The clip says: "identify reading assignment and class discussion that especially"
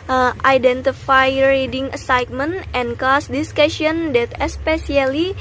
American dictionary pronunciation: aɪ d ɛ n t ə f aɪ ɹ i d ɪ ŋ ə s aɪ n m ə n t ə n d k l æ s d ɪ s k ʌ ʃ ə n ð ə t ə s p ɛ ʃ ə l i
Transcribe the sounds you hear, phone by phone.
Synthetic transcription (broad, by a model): aɪ d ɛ n t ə f aɪ ɹ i d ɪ ŋ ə s aɪ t m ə n t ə n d k ɔ s d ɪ s k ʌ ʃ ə n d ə t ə s p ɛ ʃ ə l i